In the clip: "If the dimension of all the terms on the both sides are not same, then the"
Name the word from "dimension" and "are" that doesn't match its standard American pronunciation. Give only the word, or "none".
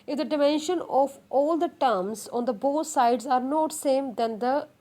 none